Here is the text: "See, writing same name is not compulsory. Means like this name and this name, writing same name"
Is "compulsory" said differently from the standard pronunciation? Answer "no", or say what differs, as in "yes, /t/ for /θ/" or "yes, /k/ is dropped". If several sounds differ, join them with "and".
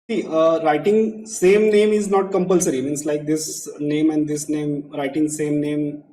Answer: no